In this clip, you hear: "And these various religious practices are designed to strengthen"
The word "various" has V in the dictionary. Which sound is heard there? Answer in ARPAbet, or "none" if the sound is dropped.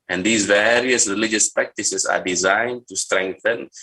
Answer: V